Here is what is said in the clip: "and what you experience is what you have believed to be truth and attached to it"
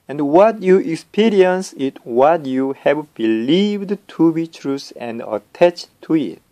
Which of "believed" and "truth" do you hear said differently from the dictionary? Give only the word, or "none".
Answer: truth